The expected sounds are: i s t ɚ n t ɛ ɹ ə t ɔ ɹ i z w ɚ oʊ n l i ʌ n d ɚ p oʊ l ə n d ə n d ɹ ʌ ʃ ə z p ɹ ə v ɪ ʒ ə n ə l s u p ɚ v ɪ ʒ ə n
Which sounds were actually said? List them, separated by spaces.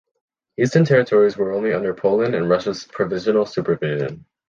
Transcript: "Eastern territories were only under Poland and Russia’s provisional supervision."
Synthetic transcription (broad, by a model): i s t ɚ n t ɛ ɹ ə t ɔ ɹ i z w ɚ oʊ n l i ʌ n d ɚ p oʊ l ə n ə n ɹ ʌ ʃ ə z p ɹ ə v ɪ ʒ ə n l s u p ɚ v ɪ ʒ ə n